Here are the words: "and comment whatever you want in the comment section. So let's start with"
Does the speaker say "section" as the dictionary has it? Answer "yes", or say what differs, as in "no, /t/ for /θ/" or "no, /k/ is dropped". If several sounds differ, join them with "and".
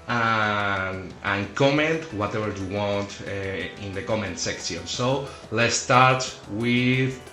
no, /s/ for /ʃ/